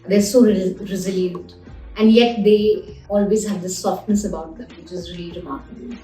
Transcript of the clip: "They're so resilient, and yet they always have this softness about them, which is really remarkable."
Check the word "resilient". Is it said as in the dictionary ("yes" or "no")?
yes